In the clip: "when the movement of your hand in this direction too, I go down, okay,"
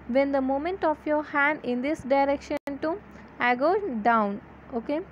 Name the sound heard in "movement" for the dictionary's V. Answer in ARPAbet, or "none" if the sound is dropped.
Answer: none